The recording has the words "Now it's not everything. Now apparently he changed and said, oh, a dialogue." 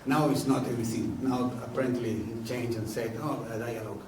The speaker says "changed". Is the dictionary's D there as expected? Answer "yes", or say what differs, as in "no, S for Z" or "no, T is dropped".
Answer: no, D is dropped